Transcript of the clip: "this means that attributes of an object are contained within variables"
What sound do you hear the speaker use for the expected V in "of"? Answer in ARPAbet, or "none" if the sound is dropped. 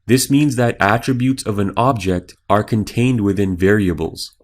V